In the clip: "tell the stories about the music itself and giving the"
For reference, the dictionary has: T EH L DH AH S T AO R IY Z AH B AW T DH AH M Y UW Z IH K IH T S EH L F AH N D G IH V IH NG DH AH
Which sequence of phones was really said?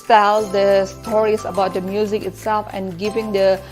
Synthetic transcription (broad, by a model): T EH L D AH S T AO R IY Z AH B AW T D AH M Y UW Z IH K IH T S EH L F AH N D G IH V IH NG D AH